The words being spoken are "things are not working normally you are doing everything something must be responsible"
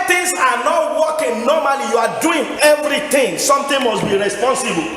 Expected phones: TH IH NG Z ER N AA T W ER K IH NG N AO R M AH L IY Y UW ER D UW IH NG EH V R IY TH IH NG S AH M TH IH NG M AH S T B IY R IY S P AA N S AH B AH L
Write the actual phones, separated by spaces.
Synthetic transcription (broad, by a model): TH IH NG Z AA N AA T W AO K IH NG N AO M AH L IY Y UW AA D UW IH NG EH V R IY T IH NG S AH M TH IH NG M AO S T B IY R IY S P AA N S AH B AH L